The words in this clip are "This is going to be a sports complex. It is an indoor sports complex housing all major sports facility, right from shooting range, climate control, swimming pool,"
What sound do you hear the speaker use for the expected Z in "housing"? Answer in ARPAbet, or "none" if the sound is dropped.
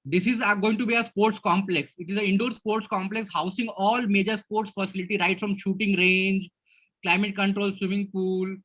S